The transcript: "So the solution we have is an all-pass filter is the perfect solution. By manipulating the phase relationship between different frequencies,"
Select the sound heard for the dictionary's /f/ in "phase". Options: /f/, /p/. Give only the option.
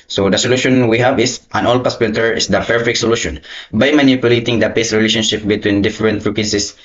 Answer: /p/